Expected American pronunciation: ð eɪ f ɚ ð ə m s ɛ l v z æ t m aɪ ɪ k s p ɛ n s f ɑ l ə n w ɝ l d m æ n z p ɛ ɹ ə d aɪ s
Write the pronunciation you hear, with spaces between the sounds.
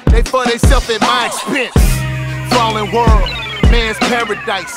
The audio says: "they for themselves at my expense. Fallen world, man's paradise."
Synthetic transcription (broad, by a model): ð eɪ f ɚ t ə s ɛ l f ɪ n m aɪ ɪ k s p ɛ n s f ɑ l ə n w ɝ l d m æ n z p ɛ ɹ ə d aɪ s